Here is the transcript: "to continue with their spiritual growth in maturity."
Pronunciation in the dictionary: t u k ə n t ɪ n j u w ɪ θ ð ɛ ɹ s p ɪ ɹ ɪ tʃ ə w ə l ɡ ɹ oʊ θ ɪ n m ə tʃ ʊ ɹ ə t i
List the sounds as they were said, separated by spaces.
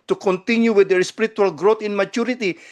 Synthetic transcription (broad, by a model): t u k ə n t ɪ n j u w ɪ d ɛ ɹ s p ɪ ɹ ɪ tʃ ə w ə l ɡ ɹ oʊ t ɪ n m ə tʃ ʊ ɹ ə t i